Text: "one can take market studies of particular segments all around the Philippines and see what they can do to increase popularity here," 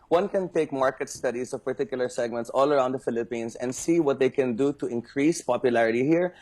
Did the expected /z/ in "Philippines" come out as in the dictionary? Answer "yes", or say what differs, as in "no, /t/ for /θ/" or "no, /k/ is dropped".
no, /s/ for /z/